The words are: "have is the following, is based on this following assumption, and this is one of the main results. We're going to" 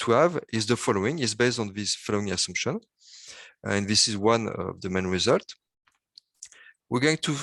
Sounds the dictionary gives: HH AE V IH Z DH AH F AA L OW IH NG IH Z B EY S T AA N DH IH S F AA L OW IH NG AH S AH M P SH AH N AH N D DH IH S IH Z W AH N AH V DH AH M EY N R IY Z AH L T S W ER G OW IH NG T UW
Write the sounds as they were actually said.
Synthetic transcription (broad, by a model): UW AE V IH Z DH AH F AA L OW IH NG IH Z B EY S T AA N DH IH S F AA L OW IH NG AH S AH M P SH AH N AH N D DH IH S IH Z W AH N AH V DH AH M EY N R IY Z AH L T W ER G OW IH NG T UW